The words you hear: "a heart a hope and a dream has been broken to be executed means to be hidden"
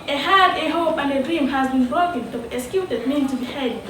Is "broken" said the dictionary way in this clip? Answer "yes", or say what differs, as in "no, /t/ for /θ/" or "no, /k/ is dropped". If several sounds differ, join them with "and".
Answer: no, /ɹ/ is dropped